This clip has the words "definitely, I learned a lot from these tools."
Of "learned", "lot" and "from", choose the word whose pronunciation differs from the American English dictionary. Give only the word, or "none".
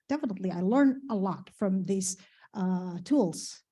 learned